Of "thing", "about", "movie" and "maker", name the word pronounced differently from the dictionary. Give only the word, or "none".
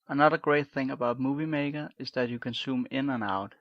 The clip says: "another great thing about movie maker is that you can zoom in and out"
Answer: none